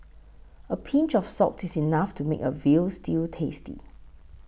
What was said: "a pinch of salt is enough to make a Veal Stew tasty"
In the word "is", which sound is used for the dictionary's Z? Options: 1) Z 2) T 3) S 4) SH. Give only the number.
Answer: 3